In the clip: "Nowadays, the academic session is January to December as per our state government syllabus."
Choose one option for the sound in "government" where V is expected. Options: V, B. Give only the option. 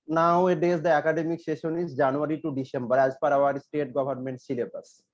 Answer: B